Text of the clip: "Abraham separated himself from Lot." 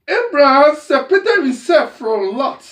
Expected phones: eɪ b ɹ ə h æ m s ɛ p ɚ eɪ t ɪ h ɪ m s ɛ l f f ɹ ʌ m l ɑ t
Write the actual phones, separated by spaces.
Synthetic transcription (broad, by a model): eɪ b ɹ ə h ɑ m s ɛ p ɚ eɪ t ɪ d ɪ s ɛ f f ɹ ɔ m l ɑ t